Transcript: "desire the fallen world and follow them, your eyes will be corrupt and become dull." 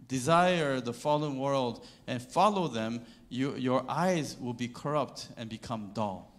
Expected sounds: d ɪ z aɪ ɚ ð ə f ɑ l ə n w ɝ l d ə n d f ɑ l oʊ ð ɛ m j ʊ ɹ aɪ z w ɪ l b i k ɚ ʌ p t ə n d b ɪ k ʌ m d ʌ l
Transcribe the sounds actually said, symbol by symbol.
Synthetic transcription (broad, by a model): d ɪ z aɪ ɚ ð ə f ɑ l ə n w ɝ l d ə n f ɑ l oʊ ð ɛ m j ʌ ɹ aɪ z w ɪ l b i k ɚ ʌ p t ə n b ɪ k ʌ m d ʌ l